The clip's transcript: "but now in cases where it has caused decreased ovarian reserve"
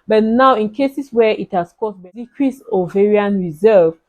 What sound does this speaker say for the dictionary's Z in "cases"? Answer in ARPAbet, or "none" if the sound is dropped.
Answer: S